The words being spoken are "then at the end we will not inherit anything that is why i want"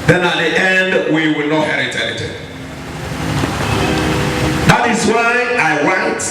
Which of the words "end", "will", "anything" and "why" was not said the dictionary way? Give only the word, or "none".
anything